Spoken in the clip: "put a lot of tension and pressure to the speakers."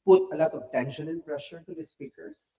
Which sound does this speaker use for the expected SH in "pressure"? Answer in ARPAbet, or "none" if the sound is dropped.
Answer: SH